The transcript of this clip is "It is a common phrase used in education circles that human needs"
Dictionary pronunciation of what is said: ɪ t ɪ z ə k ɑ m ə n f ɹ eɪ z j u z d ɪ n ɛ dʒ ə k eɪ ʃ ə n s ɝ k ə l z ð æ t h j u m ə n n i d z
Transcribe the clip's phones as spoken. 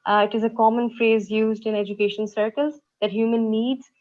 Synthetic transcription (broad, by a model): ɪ t ɪ z ə k ɑ m ə n f ɹ eɪ z j u z d ɪ n ɛ dʒ ə k eɪ ʃ ə n s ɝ k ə l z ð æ t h j u m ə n n i d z